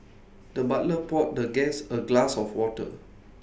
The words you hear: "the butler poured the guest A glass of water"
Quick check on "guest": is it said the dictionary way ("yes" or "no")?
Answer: no